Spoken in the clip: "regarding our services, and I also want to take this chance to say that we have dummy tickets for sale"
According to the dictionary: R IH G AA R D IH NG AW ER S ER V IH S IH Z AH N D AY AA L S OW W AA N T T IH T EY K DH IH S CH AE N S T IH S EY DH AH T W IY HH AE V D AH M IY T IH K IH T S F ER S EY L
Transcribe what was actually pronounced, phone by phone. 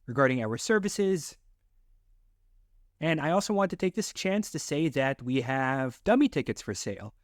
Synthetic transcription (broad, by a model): R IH G AA R D IH NG AW ER S ER V IH S IH Z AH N AY AA L S OW W AA N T T IH T EY K DH IH S CH AE N S T IH S EY DH AH T W IY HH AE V D AH M IY T IH K IH T S F ER S EY L